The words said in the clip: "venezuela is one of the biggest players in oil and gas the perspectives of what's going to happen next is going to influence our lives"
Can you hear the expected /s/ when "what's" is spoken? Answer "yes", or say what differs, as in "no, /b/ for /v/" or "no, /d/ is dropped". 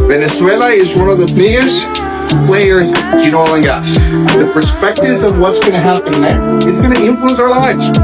yes